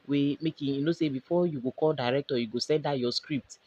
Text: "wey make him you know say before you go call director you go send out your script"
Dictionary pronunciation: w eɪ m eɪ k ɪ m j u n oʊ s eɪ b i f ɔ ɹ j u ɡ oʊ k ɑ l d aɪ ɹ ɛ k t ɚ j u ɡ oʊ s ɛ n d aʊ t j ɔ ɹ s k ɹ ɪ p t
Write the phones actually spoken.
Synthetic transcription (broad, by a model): w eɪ m eɪ k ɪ j u n oʊ s eɪ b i f ɔ j u ɡ oʊ k ɑ l d aɪ ɹ ɛ k t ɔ j u ɡ oʊ s ɛ n d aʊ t j ɔ s k ɹ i p t